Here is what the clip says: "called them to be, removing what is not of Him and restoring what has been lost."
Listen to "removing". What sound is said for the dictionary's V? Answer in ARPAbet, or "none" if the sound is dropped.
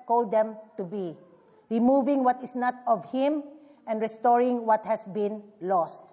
V